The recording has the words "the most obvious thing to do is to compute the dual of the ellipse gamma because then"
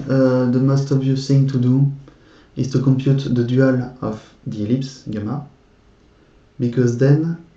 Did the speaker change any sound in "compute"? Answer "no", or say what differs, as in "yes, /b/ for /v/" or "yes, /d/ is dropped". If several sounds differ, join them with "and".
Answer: no